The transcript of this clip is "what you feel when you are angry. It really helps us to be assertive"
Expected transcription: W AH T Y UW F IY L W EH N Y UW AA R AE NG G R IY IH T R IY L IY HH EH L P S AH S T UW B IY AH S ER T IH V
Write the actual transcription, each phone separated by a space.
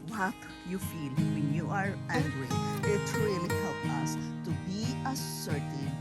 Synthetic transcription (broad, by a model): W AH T Y UW F IY L W EH N Y UW AA R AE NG G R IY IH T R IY L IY HH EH L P AH S T UW B IY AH S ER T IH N